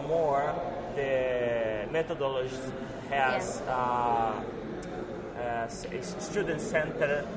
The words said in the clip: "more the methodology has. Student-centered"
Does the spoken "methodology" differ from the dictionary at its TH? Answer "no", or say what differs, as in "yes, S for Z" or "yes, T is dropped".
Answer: yes, T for TH